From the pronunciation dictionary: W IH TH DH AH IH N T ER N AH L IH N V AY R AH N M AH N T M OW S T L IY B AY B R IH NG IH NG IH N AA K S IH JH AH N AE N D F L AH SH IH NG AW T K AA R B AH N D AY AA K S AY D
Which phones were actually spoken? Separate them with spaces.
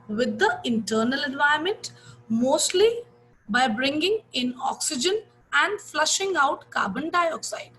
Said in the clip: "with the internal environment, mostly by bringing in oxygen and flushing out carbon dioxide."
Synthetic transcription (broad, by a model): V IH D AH IH N T ER N AH L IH N V AY AH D M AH N T M OW S T L IY B AY B R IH NG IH NG IH N AA K S IH JH AH N AE N D F L AH SH IH NG AW T K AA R B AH N D AY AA K S AY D